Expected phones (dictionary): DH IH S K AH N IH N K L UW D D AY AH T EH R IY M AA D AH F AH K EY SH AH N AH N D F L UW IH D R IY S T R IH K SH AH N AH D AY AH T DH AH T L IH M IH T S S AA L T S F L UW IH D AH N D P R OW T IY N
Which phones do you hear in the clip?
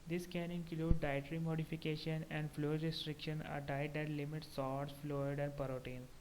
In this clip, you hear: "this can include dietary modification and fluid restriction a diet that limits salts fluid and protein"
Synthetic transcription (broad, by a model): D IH S K AH N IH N K L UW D D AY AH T R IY M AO D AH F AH K EY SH AH N AH N D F L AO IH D R IY S T R IH K SH AH N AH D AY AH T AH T L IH M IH T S S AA T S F L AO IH D AH N D P R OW T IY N